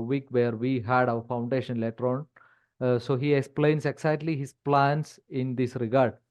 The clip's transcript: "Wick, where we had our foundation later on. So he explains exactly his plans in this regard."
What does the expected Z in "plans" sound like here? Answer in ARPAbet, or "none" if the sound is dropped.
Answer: S